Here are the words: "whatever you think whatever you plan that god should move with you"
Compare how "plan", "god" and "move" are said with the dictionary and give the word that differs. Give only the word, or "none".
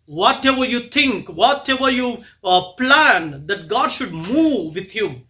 none